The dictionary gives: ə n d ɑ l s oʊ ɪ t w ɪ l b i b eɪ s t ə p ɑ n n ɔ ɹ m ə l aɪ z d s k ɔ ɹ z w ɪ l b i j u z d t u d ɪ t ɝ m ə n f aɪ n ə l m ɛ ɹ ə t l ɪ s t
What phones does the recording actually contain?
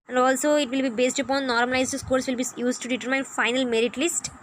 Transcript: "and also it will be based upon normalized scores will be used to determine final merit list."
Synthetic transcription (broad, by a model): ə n d ɑ l s oʊ ɪ t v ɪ l b i b eɪ s t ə p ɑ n n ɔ ɹ m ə l aɪ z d s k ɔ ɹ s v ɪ l b i j u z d t u d ɪ t ɝ m ə n f aɪ n ə l m ɛ ɹ ə t l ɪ s t